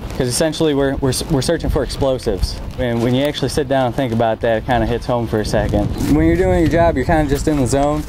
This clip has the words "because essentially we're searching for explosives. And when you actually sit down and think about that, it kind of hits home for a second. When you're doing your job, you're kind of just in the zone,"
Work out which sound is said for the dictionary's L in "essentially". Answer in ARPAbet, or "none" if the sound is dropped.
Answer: W